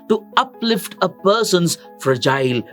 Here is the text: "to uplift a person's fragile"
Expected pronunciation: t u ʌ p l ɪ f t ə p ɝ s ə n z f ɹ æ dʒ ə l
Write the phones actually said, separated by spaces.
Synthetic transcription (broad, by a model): t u ʌ p l ɪ f t ə p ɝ s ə n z f ɹ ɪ dʒ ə l